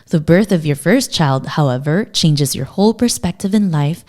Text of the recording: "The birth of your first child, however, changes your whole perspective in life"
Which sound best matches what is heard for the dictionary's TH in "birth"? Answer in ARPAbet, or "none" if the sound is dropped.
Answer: TH